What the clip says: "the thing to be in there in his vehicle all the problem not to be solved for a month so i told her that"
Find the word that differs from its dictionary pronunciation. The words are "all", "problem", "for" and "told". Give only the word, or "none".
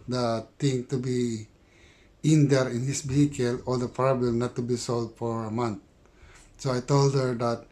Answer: problem